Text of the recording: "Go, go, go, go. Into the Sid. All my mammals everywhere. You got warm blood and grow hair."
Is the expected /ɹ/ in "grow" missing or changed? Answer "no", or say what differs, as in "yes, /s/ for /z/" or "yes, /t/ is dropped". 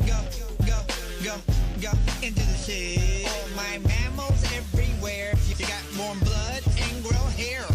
no